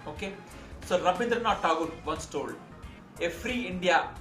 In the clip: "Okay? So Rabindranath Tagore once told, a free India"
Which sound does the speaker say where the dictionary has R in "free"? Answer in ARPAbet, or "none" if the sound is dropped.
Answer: R